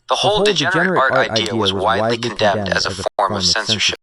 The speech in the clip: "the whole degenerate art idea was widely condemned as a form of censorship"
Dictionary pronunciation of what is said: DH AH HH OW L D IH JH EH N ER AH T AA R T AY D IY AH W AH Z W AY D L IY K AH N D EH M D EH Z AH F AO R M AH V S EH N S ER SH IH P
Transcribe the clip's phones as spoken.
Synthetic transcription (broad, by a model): DH AH HH OW L D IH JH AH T AA R T AY D IY AH W AH Z W AY D L IY K AH N D EH M D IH Z AH F AO R M AH V S EH N S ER SH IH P